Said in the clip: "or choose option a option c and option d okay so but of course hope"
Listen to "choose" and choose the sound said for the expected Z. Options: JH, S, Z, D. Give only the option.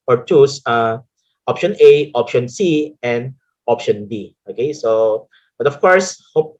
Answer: S